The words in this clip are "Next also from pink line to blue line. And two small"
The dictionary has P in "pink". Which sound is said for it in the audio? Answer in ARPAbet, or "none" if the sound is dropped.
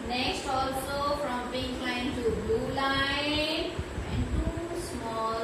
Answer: B